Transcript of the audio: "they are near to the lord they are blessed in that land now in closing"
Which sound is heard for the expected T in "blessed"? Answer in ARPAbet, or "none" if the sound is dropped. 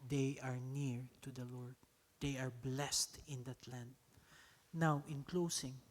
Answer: T